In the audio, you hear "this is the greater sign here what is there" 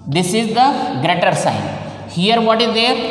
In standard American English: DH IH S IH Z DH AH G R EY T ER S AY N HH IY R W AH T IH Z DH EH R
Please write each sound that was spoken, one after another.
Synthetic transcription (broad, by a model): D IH S IH Z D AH G R EY T ER S AY N HH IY R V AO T IH Z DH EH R